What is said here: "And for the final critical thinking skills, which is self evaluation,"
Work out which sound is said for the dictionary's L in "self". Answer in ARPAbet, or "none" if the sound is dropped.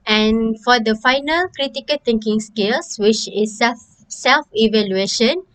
L